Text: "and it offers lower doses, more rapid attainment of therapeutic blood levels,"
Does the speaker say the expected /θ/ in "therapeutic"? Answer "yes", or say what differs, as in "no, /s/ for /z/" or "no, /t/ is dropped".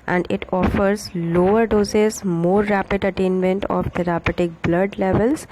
no, /t/ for /θ/